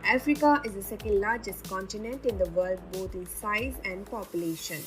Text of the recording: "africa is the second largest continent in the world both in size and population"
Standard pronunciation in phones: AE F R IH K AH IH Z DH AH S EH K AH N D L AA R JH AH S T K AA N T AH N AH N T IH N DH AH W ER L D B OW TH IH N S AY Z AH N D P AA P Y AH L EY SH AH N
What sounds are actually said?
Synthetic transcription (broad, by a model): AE F R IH K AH IH Z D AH S EH K AH N D L AA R JH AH S T K AA N T AH N AH N T IH N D AH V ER L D B OW T IH N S AY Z AH N D P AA P Y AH L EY SH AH N